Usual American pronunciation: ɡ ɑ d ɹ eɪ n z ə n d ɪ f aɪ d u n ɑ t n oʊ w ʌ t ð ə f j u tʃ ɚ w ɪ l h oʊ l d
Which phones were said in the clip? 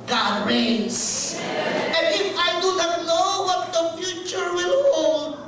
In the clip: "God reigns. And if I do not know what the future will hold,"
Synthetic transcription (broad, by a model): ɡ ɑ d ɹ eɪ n s ə n d ɪ f aɪ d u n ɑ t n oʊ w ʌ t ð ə f j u tʃ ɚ w ɪ l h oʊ l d